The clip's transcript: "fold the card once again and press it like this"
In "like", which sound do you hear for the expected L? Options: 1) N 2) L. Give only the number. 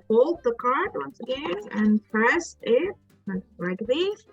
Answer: 1